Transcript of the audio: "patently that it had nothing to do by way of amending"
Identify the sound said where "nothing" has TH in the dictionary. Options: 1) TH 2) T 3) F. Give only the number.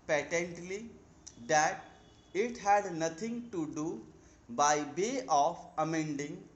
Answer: 2